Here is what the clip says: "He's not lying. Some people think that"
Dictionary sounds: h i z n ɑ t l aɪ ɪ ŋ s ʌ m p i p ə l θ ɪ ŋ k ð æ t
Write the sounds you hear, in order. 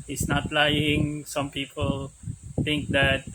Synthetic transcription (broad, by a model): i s n ɑ t l aɪ ɪ ŋ s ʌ m p i p ə l t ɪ ŋ k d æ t